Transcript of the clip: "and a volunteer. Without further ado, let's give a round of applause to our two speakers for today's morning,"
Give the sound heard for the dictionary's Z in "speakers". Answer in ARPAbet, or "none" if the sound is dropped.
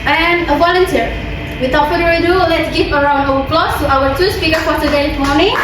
none